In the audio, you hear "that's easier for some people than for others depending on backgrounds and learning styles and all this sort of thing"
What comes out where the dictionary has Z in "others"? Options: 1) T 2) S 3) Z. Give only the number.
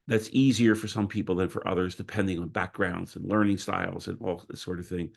3